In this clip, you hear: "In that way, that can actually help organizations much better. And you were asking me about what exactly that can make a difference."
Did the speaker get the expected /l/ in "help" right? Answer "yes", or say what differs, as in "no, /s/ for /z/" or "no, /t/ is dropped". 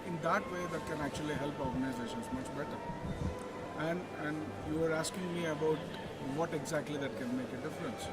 yes